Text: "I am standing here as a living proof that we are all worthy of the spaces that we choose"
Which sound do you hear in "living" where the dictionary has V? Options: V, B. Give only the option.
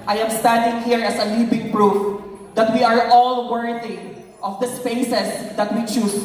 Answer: B